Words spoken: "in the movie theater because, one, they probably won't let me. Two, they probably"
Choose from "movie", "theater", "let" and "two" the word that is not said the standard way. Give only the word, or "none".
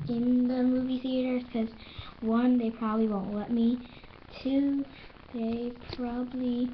none